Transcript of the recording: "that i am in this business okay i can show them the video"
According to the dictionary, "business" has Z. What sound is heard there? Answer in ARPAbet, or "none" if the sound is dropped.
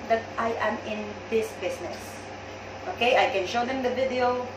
S